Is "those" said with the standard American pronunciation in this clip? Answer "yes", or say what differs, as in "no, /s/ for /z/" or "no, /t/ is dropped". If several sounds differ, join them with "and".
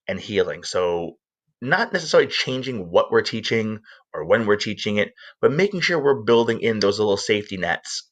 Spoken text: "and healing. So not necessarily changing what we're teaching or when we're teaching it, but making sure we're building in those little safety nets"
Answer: yes